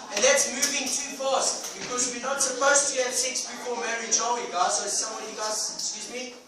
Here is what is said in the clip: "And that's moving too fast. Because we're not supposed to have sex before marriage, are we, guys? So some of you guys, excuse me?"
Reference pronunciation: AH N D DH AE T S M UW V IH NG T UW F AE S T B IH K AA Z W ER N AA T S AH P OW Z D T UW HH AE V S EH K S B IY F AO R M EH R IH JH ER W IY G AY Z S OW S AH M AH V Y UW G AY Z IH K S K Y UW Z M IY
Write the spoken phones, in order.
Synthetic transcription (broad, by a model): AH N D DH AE T S M UW V IH NG T UW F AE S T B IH K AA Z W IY N AA T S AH P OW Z T UW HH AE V S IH K S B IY P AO L M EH R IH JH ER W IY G AY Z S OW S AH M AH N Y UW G AY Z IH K S K Y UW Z M IY